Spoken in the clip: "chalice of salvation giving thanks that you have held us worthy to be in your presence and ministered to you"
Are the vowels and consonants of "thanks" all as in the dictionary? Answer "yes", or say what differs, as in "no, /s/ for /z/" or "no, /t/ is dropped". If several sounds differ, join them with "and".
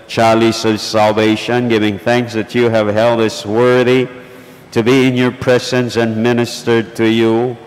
yes